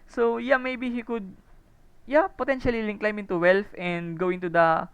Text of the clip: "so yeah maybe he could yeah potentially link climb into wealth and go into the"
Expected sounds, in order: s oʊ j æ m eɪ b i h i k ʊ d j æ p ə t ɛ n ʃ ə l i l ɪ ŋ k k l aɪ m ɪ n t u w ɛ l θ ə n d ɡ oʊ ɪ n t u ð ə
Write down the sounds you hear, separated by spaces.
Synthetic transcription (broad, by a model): s oʊ j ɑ m eɪ b i h i k ʊ d j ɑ p ə t ɛ n ʃ ə l i l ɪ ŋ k k l aɪ m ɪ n t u w ɛ l f ə n d ɡ oʊ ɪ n t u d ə